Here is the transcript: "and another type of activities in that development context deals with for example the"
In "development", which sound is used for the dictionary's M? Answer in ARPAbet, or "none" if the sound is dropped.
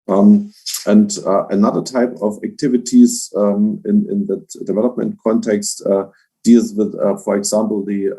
M